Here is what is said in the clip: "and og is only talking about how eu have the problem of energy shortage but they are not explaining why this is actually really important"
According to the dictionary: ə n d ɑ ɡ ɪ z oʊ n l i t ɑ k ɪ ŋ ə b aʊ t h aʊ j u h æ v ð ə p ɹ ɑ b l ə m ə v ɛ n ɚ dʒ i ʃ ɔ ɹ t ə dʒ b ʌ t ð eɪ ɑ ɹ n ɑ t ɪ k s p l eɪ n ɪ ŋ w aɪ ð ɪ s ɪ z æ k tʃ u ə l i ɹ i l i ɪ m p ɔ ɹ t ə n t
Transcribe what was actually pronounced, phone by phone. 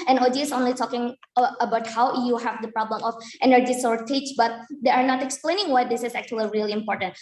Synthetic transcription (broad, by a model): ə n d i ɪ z oʊ n l i t ɑ k ɪ ŋ ə b aʊ t h aʊ j u h æ v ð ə p ɹ ɑ b l ə m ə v ɛ n ɚ dʒ i s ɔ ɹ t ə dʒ b ʌ t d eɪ ɑ ɹ n ɑ t ɪ k s p l eɪ n ɪ ŋ w aɪ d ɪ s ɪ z æ k tʃ u ə l i ɹ i l i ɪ m p ɔ ɹ t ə n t